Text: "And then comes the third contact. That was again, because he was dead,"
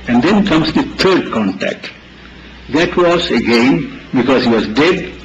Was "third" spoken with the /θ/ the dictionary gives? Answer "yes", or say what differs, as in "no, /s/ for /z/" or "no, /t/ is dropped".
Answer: no, /t/ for /θ/